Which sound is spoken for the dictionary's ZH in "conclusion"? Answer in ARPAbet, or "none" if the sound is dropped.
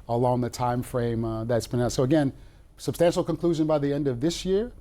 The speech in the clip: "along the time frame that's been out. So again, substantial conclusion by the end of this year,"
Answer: ZH